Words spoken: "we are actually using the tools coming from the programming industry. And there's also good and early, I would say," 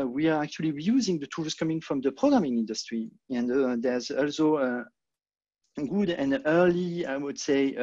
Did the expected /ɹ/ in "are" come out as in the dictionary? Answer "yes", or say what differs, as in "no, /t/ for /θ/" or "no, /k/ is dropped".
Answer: yes